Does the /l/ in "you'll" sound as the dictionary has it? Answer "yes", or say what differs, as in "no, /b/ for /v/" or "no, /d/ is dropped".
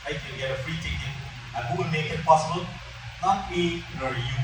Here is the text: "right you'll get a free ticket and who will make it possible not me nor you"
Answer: no, /n/ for /l/